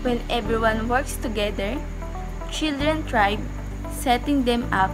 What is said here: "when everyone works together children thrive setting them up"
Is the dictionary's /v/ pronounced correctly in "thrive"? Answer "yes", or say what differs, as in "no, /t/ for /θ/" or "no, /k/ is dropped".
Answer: no, /b/ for /v/